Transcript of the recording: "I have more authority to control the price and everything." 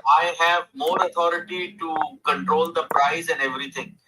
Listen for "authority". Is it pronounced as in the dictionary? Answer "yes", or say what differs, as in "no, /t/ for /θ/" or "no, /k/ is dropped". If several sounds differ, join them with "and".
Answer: no, /t/ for /θ/